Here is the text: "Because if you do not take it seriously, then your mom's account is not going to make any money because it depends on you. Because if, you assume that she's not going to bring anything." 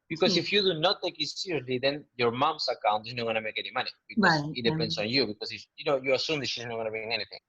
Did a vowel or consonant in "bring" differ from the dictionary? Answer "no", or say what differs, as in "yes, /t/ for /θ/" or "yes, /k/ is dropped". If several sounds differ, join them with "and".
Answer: yes, /ɹ/ is dropped